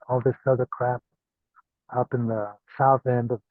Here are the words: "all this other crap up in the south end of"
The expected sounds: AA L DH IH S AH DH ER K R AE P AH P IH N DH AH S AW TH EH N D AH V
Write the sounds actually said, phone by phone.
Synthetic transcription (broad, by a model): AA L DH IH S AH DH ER K R AE P AH P IH N DH AH S AW TH EH N D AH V